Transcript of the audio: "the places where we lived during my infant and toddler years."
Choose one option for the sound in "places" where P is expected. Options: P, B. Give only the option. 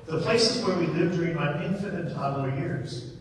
P